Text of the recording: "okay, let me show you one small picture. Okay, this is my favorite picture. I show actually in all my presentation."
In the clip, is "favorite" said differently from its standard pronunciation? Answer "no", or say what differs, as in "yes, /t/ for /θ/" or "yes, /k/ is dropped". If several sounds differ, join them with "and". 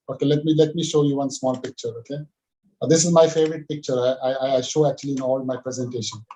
no